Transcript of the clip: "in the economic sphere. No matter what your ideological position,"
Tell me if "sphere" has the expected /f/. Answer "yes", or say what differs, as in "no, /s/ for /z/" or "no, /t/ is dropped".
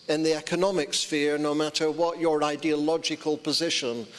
yes